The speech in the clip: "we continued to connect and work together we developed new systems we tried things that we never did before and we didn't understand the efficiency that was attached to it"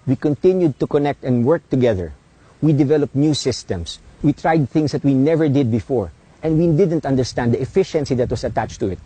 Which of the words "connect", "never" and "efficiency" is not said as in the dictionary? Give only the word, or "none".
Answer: none